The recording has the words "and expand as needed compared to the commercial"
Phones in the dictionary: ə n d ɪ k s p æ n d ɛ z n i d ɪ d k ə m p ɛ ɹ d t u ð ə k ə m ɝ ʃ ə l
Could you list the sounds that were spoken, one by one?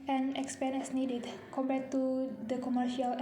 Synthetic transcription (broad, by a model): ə n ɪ k s p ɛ n ɛ s n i d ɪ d k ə m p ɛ t u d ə k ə m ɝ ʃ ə l